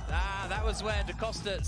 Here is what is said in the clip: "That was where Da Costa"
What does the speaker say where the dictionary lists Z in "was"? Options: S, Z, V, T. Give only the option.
Z